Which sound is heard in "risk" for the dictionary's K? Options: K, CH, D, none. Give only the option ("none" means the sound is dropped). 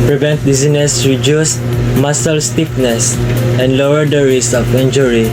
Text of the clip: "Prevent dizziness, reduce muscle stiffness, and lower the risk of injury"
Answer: none